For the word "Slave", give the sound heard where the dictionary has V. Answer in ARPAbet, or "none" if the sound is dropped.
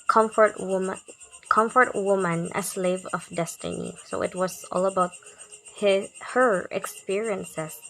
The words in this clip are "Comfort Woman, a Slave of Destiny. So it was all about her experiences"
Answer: V